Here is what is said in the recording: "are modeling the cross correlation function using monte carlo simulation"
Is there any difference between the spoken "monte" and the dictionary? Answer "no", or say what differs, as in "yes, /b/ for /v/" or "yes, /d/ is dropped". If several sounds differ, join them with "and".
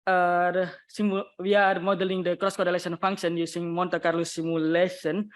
no